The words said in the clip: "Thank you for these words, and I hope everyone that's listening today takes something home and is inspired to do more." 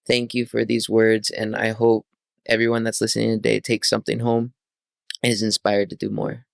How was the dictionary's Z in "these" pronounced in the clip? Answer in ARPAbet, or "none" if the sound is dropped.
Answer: Z